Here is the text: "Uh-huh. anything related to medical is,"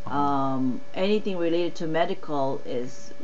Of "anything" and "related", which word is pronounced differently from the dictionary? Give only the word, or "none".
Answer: none